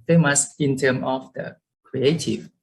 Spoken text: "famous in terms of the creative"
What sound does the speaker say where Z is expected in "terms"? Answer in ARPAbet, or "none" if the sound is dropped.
none